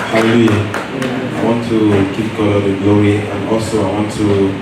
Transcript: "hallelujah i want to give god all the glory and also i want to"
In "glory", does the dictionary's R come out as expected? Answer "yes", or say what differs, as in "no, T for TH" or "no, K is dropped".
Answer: no, W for R